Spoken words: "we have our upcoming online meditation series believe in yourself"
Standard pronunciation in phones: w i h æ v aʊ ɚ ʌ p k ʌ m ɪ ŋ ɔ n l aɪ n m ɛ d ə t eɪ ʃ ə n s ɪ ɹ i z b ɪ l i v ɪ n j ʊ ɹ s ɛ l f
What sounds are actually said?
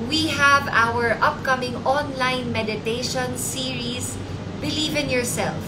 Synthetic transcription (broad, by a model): w i h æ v aʊ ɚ ʌ p k ʌ m ɪ ŋ ɔ n l aɪ n m ɛ d ə t eɪ ʃ ə n s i ɹ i s b ɪ l i v ɪ n j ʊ ɹ s ɛ l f